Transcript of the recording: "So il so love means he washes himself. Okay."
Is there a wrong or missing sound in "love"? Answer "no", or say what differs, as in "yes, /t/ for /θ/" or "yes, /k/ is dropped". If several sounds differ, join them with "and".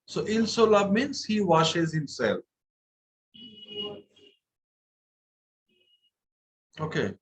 yes, /b/ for /v/